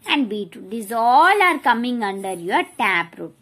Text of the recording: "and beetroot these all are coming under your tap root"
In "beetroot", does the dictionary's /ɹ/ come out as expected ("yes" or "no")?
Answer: no